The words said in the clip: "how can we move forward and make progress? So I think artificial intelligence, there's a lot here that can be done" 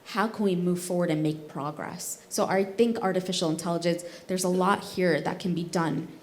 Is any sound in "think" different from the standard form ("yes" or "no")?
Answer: no